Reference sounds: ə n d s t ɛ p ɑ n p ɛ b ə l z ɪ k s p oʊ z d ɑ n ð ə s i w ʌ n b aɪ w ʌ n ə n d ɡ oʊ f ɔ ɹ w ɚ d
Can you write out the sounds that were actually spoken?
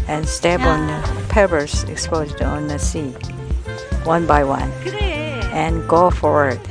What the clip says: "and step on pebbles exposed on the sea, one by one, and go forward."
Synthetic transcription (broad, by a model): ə n s t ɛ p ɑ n p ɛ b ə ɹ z ɪ k s p oʊ z d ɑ n ð ə s i w ʌ n b aɪ w ʌ n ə n ɡ oʊ f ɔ ɹ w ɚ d